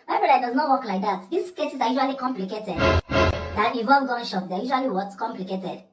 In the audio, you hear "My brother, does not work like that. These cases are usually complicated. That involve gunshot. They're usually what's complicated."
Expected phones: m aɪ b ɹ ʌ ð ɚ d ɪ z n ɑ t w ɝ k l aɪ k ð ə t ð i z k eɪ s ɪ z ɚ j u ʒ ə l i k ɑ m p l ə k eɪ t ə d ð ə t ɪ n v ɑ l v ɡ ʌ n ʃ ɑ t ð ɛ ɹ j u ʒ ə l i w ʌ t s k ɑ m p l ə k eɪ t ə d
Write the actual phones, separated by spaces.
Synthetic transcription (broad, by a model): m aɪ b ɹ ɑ ɚ d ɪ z n ɑ t w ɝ k l aɪ k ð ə t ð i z k eɪ s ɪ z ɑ j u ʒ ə l i k ɑ m p l ə k eɪ t ə d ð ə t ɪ v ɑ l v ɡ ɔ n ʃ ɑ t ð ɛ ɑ j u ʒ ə l i w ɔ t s k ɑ m p l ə k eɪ t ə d